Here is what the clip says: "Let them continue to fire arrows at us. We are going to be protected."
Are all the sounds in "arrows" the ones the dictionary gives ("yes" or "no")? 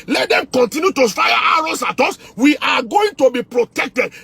no